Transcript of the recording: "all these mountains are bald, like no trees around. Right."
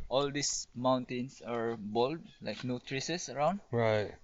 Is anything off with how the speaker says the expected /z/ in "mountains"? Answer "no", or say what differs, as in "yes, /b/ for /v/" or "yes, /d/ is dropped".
yes, /s/ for /z/